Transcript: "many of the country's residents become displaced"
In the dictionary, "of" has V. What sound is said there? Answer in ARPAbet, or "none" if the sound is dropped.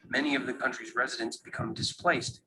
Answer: V